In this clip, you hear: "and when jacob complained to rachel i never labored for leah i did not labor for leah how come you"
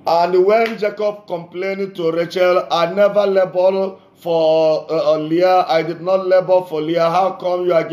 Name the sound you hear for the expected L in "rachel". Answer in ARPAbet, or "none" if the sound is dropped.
L